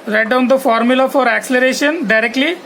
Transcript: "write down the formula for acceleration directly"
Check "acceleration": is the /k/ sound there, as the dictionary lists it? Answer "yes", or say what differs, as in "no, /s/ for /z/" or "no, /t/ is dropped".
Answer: yes